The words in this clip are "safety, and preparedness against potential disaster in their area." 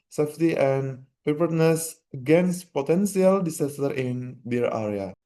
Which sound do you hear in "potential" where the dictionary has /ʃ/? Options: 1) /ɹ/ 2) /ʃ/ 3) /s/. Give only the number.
3